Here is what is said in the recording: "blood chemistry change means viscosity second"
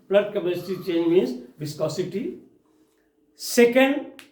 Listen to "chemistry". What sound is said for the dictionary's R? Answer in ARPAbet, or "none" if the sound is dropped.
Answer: none